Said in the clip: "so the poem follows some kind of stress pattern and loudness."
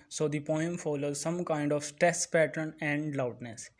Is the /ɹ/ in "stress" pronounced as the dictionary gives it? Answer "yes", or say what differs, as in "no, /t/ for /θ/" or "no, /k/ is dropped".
no, /ɹ/ is dropped